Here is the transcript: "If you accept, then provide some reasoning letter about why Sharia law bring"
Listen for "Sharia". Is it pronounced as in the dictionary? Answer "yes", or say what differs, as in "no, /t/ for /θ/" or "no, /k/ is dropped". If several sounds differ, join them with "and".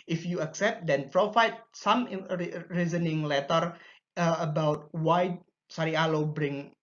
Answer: no, /s/ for /ʃ/